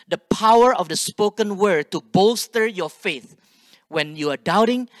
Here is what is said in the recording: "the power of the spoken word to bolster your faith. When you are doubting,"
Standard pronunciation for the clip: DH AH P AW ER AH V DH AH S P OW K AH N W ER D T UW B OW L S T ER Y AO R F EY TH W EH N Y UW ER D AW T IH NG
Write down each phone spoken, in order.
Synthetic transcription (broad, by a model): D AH P AW ER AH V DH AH S P OW K AH N W ER D T UW B OW L S T ER Y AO F EY TH W EH N Y UW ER D AW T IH NG